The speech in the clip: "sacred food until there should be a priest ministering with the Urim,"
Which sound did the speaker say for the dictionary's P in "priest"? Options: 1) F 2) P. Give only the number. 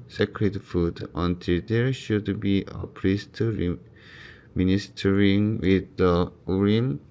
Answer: 2